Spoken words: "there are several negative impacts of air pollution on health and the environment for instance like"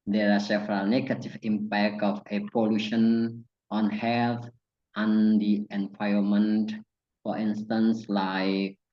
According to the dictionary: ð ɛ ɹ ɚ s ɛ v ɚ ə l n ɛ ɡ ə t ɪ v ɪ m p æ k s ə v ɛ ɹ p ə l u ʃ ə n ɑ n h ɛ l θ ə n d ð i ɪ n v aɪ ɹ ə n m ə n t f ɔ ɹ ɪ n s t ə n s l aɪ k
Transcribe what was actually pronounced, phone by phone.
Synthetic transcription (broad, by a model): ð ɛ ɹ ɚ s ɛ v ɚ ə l n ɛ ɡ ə t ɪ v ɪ m p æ k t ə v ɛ p ə l u ʃ ə n ɑ n h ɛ l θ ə n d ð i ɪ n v aɪ ə m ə n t f ɔ ɹ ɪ n s t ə n s l aɪ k